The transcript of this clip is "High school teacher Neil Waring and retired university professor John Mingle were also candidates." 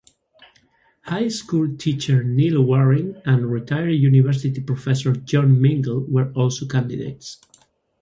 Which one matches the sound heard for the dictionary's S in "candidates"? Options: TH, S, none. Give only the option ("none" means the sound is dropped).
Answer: S